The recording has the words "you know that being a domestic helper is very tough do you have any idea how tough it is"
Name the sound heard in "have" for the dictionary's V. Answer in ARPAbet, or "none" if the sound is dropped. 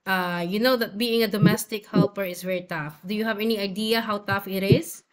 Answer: V